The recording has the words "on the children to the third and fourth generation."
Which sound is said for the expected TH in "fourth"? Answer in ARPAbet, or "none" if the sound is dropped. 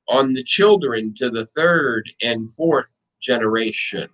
TH